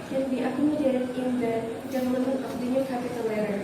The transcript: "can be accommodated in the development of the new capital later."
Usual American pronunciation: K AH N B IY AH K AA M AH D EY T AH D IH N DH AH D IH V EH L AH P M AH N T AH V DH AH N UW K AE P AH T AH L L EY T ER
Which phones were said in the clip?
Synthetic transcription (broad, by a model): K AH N B IY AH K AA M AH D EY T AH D IH N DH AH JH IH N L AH M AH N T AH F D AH N UW K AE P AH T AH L L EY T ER